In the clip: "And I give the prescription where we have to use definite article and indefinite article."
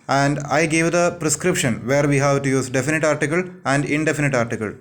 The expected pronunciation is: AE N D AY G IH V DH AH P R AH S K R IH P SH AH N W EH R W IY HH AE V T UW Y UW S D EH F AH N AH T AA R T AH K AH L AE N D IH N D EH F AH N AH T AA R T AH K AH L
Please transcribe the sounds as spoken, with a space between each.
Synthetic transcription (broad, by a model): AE N D AY G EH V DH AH P R AH S K R IH P SH AH N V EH R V IY HH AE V T UW Y UW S D EH F AH N AH T AA R T AH K AH L AE N D IH N D EH F AH N AH T AA R T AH K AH L